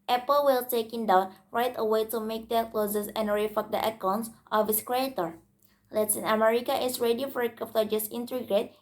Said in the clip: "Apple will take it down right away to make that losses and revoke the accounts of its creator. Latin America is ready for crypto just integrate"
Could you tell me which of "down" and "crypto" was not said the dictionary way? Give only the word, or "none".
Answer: crypto